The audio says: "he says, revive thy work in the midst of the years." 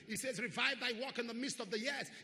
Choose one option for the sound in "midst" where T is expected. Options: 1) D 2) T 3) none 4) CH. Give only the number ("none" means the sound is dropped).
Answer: 2